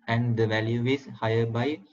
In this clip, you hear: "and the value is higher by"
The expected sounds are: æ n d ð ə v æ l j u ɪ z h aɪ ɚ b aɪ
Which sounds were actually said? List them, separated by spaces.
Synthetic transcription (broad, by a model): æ n d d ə v æ l j u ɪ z h aɪ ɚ b aɪ